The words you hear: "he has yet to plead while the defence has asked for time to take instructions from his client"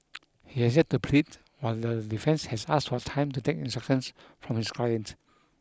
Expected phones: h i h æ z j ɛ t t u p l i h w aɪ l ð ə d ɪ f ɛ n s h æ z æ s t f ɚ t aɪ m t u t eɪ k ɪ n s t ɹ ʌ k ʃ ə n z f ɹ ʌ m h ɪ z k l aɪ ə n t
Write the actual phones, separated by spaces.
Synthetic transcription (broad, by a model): h i h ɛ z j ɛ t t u p l i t w aɪ l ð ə d ɪ f ɛ n s h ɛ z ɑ s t f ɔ t aɪ m t u t eɪ k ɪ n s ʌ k ə n s f ɹ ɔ m h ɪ s k l aɪ ə n t